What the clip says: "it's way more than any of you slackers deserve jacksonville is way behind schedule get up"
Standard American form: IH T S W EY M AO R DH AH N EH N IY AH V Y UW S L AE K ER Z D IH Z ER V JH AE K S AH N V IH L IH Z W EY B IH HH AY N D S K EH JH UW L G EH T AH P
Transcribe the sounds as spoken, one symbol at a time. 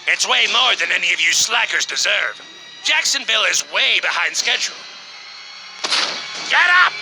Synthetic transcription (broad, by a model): IH T S W EY M AO R DH AH N EH N IY AH V Y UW S L AE K ER Z D IH Z ER V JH AE K S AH N V IH L IH Z W EY B IH HH AY N D S K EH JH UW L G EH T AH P